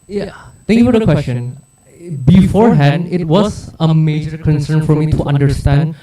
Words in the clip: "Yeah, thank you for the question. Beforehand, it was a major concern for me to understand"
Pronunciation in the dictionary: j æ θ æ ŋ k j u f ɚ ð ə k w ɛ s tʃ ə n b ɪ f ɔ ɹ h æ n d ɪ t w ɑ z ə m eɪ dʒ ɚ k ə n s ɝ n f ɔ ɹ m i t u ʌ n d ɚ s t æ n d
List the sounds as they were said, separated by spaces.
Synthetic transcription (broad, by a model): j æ t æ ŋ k j u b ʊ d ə k w ɛ s tʃ ə n b ɪ f ɔ ɹ h æ n d ɪ t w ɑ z ə m eɪ dʒ ɚ k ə n s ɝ n f ɔ ɹ m i t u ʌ n d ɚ s t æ n d